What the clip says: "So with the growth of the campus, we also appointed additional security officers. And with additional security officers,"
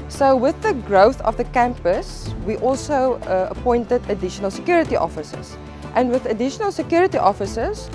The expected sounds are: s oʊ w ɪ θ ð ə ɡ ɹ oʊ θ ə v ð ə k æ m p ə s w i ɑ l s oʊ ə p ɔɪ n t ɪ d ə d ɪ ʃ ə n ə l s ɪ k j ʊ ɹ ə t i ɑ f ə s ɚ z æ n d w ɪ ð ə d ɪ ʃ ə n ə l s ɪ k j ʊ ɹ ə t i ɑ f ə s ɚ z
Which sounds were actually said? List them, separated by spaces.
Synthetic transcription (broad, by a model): s oʊ w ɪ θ ð ə ɡ ɹ oʊ θ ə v ð ə k æ m p ə s w i ɑ l s oʊ ə p ɔɪ n t ɪ d ə d ɪ ʃ ə n ə l s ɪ k j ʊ ɹ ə t i ɑ f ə s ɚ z æ n d w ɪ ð ə d ɪ ʃ ə n ə l s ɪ k j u ɹ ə t i ɑ f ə s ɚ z